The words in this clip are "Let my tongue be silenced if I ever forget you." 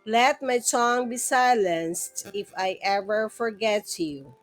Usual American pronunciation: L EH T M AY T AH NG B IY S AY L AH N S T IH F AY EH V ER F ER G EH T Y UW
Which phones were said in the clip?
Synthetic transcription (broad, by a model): L EH T M AY S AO NG B IY S AY L AH N S T IH F AY EH V ER F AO G EH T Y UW